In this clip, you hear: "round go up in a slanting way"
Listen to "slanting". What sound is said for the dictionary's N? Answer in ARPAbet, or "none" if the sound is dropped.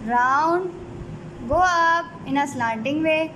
none